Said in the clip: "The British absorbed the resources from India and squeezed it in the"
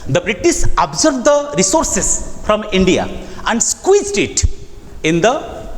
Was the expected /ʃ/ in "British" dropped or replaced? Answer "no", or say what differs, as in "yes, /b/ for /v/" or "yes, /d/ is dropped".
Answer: yes, /s/ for /ʃ/